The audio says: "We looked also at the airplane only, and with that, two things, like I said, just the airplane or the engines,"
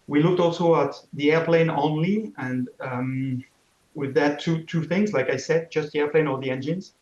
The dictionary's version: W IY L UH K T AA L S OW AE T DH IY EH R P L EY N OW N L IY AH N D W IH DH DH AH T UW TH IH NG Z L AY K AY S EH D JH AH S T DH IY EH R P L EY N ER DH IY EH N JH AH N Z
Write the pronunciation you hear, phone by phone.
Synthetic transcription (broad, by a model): W IY L UH K T AA L S OW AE T DH IY EH R P L EY N OW N L IY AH N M W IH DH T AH T UW TH IH NG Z L AY K AY S EH D JH AH S T DH IY EH R P L EY N ER DH IY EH N JH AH N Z